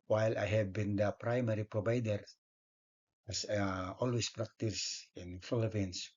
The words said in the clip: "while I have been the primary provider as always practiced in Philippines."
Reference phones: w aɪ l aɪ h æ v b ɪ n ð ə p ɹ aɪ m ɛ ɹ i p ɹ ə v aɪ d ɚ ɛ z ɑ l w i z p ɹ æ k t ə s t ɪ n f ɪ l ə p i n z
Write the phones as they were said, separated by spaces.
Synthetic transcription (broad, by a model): w aɪ l aɪ h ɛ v b ɪ n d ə p ɹ aɪ m ɛ ɹ i p ɹ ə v aɪ d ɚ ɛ s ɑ l w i s p ɹ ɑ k t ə s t ɪ n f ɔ l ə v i n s